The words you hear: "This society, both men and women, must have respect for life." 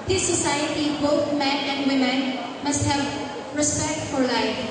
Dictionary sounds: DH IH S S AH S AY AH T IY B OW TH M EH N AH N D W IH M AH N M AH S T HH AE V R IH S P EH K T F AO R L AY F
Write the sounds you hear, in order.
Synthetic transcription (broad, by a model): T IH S S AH S AY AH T IY B OW T M EH N AH N D W IH M AH N M AH S T HH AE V R IH S P EH K T F AO R L AY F